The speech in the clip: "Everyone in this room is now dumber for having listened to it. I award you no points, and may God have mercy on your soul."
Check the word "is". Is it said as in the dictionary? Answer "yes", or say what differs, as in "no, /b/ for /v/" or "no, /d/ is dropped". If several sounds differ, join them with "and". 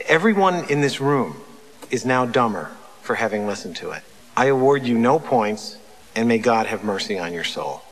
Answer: yes